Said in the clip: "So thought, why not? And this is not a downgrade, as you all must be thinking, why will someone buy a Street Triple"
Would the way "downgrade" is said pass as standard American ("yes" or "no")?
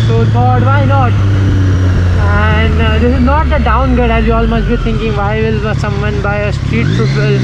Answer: no